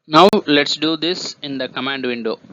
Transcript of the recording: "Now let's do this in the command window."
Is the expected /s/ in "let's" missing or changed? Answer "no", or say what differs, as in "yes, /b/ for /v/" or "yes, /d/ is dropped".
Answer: no